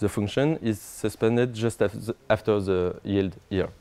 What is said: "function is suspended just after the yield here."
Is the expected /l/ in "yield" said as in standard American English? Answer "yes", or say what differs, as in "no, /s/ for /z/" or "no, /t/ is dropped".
yes